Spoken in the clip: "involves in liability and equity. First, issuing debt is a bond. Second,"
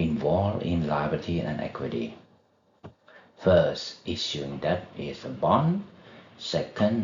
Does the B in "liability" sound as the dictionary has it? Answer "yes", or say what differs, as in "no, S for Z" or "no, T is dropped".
no, B is dropped